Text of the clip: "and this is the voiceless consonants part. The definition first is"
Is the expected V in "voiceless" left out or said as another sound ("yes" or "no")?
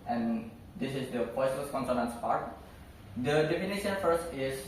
yes